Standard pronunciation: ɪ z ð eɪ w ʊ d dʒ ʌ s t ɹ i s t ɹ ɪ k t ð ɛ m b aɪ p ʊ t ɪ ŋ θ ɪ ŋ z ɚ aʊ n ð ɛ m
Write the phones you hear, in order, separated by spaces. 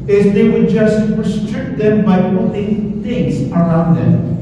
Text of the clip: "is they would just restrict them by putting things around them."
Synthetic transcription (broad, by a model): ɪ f ð eɪ w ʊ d dʒ ʌ s t ɹ i s t ɹ ɪ k t ð ɛ m b aɪ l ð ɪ θ ɪ ŋ z ɚ aʊ n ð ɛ m